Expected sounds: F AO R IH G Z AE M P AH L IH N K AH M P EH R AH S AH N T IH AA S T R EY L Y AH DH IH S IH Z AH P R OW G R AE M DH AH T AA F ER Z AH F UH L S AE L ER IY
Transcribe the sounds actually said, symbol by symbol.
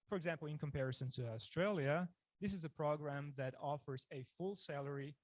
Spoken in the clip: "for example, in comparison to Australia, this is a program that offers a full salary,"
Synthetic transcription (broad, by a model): F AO R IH G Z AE M P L IH N K AH M P EH R AH S AH N T IH AA S T R EY L Y AH DH IH S IH Z AH P R OW G R AE M DH AH T AA F ER Z AH F UH L S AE L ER IY